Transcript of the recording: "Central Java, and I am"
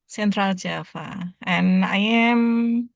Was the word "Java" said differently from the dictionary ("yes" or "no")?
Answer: yes